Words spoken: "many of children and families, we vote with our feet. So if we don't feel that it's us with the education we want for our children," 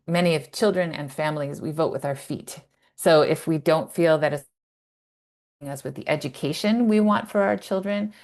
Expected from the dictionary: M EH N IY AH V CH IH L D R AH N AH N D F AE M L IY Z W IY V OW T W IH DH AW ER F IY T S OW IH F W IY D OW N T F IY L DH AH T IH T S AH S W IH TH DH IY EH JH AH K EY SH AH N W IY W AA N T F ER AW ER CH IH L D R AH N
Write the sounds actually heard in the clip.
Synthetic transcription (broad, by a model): M EH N IY AH V CH IH L D R AH N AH N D F AE M L IY Z W IY V OW T W IH DH AW ER F IY T S OW IH F W IY D OW N T F IY L DH AH T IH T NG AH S W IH DH IY EH JH AH K EY SH AH N W IY W AA N T F ER AW ER CH IH L D R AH N